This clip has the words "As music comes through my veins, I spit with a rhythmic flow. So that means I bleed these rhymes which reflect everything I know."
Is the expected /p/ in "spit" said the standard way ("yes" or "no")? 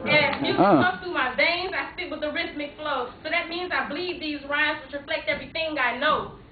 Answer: no